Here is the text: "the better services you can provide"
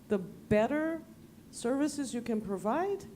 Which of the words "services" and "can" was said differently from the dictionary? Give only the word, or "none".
none